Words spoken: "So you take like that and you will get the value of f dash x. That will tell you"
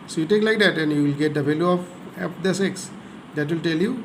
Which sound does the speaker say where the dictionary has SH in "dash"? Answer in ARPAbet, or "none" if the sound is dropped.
S